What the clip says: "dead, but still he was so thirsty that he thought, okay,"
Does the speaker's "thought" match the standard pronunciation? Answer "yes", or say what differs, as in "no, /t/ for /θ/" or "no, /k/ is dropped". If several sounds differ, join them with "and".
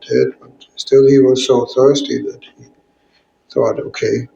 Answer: yes